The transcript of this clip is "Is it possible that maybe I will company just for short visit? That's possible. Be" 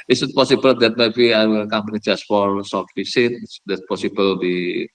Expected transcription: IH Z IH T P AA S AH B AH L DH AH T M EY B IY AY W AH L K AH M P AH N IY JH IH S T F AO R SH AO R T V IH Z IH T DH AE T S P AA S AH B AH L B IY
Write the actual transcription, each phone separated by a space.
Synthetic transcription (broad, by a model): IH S IH T P AA S AH B AH L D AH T M EY B IY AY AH K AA M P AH N IY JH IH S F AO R S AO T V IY S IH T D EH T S P AA S AH B AH L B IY